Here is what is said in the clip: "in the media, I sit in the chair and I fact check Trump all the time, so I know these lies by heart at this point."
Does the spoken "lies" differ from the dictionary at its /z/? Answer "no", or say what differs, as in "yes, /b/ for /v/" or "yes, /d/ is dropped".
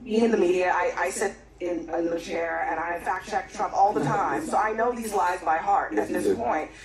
no